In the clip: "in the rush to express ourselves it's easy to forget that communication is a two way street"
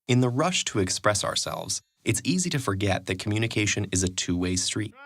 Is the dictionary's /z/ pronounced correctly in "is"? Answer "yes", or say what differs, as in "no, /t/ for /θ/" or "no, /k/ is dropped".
yes